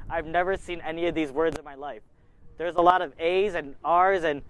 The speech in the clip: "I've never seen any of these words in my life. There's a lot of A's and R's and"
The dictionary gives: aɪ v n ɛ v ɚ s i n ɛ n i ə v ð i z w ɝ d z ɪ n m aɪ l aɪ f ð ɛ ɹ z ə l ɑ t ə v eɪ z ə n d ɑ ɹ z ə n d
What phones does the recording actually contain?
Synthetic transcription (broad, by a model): aɪ v n ɛ v ɚ s i n ɛ n i ə v ð i z w ɝ d z ɪ n m aɪ l aɪ f ð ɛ ɹ z ə l ɑ t ə v eɪ z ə n ɑ ɹ z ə n